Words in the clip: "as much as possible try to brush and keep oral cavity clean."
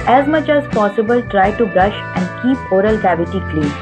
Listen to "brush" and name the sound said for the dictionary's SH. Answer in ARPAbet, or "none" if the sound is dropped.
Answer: SH